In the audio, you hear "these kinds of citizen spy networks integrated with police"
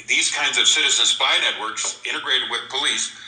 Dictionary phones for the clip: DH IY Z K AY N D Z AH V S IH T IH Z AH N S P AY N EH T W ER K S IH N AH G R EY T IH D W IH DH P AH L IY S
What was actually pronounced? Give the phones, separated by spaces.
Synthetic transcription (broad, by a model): DH IY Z K AY N D Z AH V S IH T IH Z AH N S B AY N EH T W ER K S IH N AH G R EY T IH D W IH DH P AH L IY S